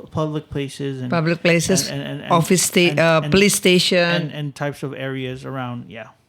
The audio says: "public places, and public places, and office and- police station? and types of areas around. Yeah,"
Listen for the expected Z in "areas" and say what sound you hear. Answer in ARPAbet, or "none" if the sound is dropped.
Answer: Z